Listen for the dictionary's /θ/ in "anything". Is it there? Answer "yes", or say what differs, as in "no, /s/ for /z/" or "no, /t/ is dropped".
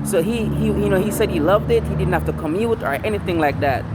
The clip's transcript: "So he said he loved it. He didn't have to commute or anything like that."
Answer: yes